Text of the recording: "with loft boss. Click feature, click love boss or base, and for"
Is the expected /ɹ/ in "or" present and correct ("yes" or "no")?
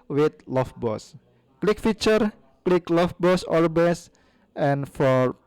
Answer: no